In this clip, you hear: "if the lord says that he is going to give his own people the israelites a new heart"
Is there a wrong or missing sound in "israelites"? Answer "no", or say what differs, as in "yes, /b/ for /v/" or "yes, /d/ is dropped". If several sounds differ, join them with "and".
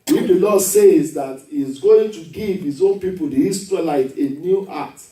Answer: yes, /s/ is dropped